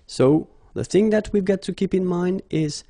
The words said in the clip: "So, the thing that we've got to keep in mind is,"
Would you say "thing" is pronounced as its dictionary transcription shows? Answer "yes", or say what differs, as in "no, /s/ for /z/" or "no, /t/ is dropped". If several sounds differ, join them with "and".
yes